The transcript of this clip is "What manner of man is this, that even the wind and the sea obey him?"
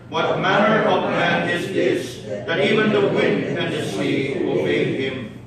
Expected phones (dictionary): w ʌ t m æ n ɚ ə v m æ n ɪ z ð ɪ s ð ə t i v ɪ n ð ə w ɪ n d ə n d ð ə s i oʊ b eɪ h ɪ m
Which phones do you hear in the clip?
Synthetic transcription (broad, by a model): w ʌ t m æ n ɚ ə v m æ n ɪ z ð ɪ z ð ə t i v ɪ n ð ə w ɪ n d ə n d ð ə s i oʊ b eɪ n ɪ m